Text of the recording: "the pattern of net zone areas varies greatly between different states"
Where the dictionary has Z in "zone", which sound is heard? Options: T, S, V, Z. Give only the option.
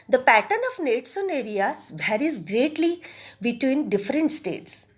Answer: S